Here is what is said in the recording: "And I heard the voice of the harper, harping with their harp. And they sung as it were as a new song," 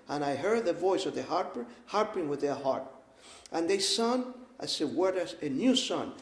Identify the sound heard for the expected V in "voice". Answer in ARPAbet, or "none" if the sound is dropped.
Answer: V